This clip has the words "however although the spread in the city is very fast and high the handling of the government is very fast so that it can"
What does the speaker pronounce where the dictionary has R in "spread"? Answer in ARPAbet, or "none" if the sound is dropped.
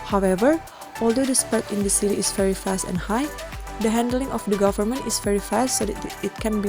none